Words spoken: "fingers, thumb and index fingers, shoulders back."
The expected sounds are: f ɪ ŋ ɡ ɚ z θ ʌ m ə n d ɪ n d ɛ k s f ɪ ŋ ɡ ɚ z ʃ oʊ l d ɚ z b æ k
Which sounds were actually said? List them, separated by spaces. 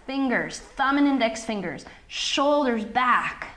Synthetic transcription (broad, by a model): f ɪ ŋ ɡ ɚ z θ ʌ m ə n ɪ n d ɛ k s f ɪ ŋ ɡ ɚ z ʃ oʊ l d ɚ z b æ k